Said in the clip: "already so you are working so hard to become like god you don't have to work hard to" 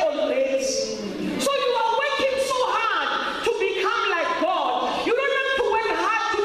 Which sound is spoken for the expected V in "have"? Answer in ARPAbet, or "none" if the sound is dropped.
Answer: F